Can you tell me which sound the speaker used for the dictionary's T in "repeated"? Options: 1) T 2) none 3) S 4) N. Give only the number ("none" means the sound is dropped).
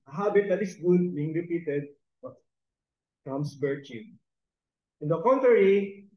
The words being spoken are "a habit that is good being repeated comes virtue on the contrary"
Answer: 1